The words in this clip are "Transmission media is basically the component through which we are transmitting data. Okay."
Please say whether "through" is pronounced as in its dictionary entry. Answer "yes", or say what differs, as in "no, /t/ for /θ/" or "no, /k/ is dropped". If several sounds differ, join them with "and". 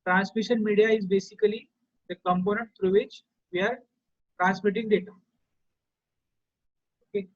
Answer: no, /t/ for /θ/